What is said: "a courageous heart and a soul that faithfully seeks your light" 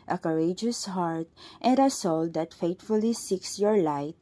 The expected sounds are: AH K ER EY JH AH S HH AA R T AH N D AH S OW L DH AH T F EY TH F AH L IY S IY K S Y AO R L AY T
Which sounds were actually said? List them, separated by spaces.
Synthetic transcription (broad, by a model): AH K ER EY JH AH S HH AA R T AH N D AH S OW L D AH T F EY T F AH L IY S IY K S Y AO R L AY T